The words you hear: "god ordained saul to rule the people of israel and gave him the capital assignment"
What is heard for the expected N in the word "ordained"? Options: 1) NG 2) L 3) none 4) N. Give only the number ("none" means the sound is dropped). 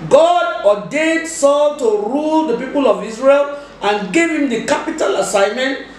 3